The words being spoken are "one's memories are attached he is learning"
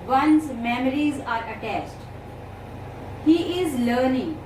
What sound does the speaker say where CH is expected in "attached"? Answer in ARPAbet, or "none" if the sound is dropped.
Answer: S